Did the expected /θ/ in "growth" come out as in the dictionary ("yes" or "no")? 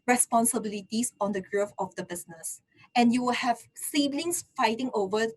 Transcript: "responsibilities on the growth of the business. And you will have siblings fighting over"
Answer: no